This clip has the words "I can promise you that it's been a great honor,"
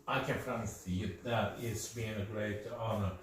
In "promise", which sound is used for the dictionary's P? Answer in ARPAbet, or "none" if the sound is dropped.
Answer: F